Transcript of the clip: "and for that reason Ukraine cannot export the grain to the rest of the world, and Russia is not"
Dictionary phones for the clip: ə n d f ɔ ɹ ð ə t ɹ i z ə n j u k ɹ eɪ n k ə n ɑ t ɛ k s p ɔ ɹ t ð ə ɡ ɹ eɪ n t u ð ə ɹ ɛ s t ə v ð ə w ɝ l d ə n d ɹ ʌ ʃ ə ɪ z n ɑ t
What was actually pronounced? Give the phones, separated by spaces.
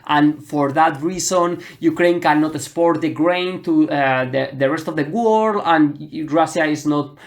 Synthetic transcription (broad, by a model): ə n f ɔ ɹ ð ə t ɹ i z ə n j u k ɹ eɪ n k ə n ɑ t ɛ s p ɔ ɹ t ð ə ɡ ɹ eɪ n t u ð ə ɹ ɛ s t ə v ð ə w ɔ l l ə n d ɹ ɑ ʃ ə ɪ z n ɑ t